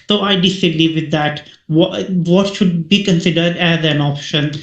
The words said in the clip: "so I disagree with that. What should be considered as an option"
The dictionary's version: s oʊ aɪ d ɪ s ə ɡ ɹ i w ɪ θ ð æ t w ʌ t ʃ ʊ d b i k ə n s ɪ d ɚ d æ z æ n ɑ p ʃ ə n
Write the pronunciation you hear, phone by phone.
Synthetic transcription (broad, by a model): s oʊ aɪ d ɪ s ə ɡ l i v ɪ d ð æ t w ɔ t ʃ ʊ d b i k ə n s ɪ d ɚ d æ z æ n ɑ p ʃ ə n